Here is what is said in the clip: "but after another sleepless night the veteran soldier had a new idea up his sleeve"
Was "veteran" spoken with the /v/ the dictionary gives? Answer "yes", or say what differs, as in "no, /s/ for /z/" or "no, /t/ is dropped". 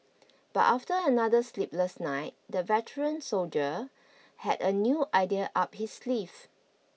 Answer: yes